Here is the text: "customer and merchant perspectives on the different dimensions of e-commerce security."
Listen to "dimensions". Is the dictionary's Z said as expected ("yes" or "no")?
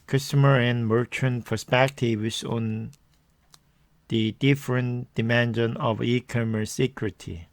no